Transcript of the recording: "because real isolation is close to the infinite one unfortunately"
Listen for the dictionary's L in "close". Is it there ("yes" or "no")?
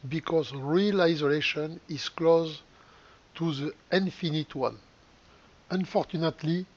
yes